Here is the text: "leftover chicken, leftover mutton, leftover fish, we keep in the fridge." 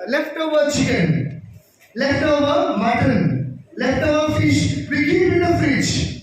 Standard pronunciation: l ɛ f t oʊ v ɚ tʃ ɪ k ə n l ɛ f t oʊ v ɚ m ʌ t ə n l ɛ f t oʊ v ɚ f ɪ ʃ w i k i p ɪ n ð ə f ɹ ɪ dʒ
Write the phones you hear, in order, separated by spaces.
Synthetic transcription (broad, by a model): l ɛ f t oʊ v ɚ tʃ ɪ ə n l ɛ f t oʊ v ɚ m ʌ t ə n l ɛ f t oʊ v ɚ f ɪ ʃ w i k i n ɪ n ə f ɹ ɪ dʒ